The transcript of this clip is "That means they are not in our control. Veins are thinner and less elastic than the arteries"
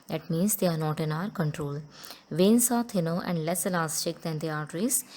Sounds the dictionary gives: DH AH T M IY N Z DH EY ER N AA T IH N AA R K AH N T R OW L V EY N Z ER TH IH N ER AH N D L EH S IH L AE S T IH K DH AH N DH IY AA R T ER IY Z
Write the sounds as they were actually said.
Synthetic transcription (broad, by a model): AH T M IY N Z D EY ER N AA T IH N AA R K AH N T R OW L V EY N S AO T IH N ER AH N D L EH S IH L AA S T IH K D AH N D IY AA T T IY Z